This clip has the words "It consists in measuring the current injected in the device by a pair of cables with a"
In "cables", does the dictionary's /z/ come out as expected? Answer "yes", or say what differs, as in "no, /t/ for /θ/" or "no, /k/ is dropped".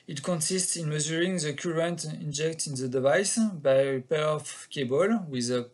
no, /z/ is dropped